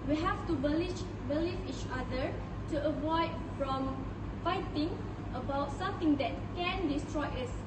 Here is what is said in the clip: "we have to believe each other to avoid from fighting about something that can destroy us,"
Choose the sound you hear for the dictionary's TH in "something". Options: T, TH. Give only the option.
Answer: T